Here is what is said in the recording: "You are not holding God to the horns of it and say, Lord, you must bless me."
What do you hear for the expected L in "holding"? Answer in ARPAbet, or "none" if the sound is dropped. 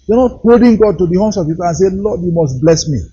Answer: none